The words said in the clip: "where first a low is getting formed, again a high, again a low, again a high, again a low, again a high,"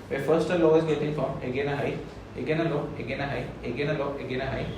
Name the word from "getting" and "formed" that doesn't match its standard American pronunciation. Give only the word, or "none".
formed